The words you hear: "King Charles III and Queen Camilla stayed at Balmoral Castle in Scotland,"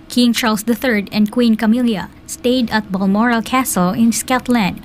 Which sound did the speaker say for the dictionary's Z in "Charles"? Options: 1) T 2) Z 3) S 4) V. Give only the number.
3